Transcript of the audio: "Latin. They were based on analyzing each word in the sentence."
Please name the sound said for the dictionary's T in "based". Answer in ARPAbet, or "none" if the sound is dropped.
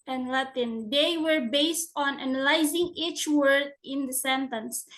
T